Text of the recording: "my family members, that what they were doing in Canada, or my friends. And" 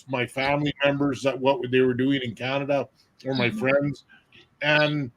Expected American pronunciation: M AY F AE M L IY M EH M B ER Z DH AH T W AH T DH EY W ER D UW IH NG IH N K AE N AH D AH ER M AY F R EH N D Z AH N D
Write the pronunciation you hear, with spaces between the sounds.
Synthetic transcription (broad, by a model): M AY F AE M L IY M EH M B ER Z DH AH T W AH T DH EY W ER D UW IH NG IH N K AE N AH D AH ER M AY F R EH N D Z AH N